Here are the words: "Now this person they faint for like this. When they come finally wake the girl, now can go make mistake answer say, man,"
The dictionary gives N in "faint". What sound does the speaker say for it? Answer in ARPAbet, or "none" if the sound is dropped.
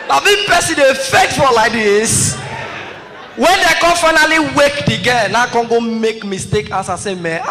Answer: none